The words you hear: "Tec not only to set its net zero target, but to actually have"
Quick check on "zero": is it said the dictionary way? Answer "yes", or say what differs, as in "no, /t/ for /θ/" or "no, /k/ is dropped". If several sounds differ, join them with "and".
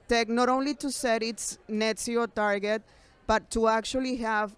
no, /s/ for /z/ and /ɹ/ is dropped